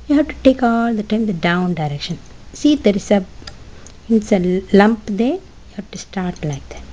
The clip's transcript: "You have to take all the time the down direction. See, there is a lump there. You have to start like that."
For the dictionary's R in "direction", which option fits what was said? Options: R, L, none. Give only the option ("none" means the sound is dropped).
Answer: R